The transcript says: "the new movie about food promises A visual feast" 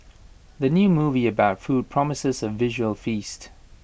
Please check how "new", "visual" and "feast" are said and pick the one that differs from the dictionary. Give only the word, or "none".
none